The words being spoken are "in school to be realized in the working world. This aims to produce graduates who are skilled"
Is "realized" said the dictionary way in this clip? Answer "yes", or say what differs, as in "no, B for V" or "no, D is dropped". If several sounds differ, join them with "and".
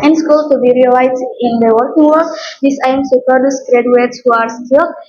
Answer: no, D is dropped